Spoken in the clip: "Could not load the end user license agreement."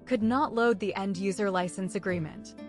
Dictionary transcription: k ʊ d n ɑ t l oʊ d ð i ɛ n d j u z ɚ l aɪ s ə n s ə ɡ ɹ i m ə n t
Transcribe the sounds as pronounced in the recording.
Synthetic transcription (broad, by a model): k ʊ d n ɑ t l oʊ d ð i ɛ n d j u z ɚ l aɪ s ə n s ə ɡ ɹ i m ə n t